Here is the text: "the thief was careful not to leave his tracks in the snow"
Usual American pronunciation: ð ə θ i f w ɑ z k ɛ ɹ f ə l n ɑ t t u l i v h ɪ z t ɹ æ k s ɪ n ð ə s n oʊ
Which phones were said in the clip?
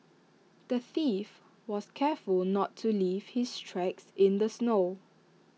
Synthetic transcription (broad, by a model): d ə θ i f w ɑ s k ɛ f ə l n ɑ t t u l i v h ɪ s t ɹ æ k s ɪ n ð ə s n oʊ